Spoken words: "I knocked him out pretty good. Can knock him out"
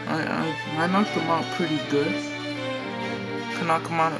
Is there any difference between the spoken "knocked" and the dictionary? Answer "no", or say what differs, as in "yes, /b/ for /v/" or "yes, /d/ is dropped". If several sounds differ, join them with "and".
yes, /t/ is dropped